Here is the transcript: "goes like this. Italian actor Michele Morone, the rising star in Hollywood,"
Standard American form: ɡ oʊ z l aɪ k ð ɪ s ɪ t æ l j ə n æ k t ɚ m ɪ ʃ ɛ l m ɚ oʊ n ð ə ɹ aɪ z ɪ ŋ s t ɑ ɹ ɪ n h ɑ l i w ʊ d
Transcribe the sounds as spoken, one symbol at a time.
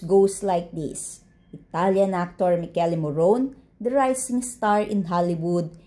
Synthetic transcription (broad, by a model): ɡ oʊ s l aɪ k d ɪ s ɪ t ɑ l j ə n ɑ k t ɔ m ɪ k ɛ l m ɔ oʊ n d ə ɹ aɪ s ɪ ŋ s t ɑ ɹ ɪ n h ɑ l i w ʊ d